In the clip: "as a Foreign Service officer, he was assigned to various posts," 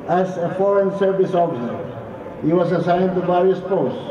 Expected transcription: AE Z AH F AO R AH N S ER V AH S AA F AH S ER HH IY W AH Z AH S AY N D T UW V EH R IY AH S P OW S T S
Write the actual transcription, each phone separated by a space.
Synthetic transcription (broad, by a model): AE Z AH F AO R AH N S ER V AH S AA F AH S ER HH IY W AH S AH S AY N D T UW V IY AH S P OW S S